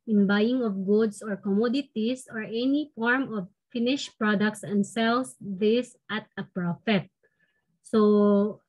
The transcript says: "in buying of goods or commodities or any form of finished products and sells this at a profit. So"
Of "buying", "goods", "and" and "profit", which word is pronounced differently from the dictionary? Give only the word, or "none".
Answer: goods